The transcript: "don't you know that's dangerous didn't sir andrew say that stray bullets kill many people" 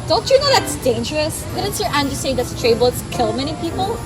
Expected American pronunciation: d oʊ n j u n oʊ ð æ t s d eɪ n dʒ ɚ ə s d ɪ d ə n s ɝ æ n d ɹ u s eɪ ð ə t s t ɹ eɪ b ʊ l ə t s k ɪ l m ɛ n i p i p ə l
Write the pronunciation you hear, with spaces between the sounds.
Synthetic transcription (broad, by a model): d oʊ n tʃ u n oʊ ð æ t s d eɪ n dʒ ɚ ə s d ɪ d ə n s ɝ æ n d u s eɪ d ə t s t ɹ eɪ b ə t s k ɪ l m ɛ n i p i p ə l